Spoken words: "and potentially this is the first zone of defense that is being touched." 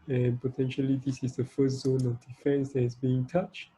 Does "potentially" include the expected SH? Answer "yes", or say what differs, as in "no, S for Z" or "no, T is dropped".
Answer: yes